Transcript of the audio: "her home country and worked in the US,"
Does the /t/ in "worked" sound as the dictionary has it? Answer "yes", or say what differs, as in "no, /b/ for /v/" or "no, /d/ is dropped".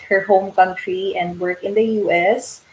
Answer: no, /t/ is dropped